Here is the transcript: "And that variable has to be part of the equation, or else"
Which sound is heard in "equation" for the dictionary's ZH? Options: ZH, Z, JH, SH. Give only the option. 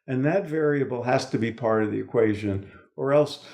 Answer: ZH